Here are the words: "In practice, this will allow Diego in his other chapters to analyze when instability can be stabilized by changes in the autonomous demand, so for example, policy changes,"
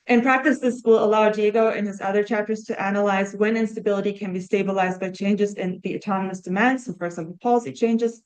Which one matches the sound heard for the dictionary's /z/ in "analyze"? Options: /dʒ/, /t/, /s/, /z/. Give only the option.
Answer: /z/